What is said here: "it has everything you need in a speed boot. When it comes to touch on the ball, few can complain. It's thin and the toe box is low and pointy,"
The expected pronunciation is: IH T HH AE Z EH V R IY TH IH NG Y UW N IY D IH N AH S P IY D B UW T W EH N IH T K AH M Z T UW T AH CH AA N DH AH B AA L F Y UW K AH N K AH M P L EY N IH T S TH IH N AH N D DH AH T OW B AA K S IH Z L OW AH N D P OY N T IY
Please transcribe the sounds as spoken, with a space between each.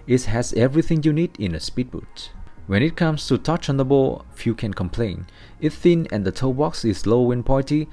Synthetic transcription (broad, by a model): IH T HH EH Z EH V R IY TH IH NG Y UW N IY D IH N AH S P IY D B UW T W EH N IH T K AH M S T UW T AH CH AA N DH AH B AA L F Y UW K AH N K AH M P L EY N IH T TH IH N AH N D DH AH T OW B AA K S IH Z L OW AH N P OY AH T IY